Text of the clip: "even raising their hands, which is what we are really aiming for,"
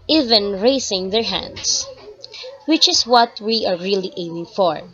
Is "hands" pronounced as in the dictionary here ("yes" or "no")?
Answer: no